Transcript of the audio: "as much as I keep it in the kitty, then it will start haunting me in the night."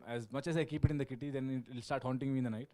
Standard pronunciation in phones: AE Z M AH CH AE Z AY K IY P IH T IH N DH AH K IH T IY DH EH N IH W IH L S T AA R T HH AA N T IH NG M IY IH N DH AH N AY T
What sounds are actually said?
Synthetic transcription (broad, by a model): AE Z M AH CH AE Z AY K IY P IH T IH N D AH K IH T IY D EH N IH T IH L S T AA R T HH AA N T IH NG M IY IH N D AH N AY T